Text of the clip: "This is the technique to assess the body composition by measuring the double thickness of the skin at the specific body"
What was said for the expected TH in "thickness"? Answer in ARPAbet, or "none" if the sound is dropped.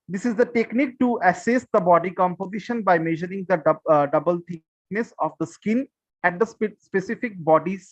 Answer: T